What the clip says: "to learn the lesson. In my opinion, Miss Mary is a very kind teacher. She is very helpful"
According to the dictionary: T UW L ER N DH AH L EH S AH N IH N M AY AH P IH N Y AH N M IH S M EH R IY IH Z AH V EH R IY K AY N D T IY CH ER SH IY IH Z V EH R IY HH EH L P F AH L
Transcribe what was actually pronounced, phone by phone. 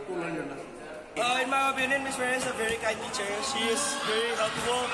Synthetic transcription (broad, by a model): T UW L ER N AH N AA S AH IH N M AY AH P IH N Y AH N M IH S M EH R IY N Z AH V EH R IY K AY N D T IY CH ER SH IY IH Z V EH R IY HH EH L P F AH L